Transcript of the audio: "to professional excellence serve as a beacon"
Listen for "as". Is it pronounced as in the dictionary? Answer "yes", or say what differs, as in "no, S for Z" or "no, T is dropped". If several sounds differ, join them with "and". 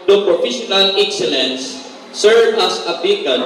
no, S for Z